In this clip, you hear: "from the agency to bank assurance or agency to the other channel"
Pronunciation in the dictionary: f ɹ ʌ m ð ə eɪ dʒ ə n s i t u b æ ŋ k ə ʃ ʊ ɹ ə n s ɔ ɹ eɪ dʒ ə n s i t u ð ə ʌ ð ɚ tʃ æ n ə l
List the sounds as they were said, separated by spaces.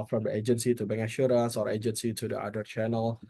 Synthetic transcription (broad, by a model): f ɹ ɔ m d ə eɪ dʒ ə n s i t u b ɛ ŋ ə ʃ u ɹ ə n s ɔ ɹ eɪ dʒ ə n s i t u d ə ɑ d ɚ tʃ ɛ n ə l